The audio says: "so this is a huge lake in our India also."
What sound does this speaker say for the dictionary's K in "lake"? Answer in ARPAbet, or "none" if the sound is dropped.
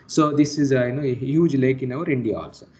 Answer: K